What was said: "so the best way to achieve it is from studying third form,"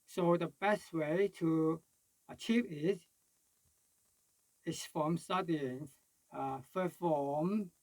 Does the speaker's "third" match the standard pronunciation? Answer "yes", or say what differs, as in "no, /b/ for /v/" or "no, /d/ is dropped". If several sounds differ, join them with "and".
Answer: no, /f/ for /θ/